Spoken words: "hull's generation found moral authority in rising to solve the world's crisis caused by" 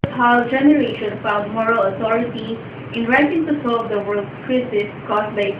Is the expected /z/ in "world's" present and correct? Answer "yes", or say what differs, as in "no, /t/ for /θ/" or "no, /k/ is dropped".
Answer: no, /z/ is dropped